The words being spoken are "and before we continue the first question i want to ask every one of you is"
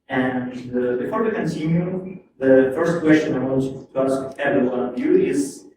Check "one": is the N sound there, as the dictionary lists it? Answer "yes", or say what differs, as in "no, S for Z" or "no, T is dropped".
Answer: no, N is dropped